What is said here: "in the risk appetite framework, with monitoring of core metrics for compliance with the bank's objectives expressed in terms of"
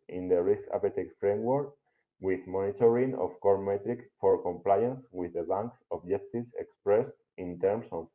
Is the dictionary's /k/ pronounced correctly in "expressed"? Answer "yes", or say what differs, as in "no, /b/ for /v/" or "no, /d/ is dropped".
yes